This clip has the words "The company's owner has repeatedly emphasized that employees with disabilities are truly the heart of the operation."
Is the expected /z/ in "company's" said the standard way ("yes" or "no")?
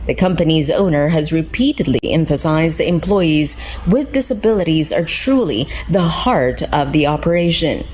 yes